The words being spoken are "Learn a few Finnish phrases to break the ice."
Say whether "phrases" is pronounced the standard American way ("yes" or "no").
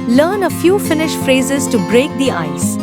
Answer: yes